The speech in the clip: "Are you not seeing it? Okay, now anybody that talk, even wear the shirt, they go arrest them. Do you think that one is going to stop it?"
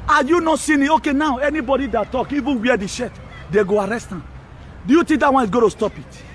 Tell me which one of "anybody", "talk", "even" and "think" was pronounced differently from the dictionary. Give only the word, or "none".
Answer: think